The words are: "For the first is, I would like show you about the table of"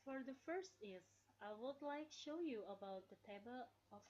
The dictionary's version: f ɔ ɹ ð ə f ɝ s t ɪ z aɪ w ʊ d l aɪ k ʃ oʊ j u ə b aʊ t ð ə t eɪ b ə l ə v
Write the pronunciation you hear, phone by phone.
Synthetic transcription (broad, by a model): f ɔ ɹ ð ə f ɝ s t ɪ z aɪ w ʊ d l aɪ k ʃ oʊ j u ə b aʊ t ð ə t eɪ b ə l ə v